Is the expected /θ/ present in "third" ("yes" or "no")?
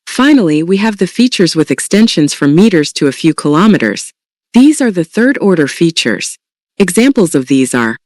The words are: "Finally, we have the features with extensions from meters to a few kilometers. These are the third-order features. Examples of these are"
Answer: yes